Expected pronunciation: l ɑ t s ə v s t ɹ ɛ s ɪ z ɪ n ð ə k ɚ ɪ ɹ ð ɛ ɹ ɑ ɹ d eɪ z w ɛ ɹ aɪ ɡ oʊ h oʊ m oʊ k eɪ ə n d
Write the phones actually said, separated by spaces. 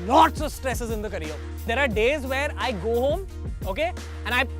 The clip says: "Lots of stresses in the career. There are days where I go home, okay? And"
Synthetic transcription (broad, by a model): l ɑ t s ə v s t ɹ ɛ s ɪ z ɪ n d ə k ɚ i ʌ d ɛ ɹ ɑ ɹ d eɪ z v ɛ ɹ aɪ ɡ oʊ h oʊ m oʊ k eɪ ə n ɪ